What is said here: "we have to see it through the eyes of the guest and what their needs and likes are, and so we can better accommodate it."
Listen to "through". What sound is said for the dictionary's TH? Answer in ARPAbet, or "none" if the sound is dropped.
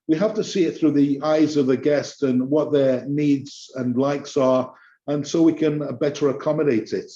TH